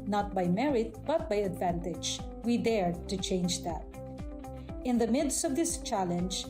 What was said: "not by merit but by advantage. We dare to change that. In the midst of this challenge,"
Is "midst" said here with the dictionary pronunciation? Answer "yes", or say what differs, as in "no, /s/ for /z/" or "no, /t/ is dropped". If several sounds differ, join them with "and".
yes